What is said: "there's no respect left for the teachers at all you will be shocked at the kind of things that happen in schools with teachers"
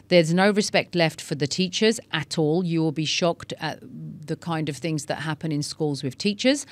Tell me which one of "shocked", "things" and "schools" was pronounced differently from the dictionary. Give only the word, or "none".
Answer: none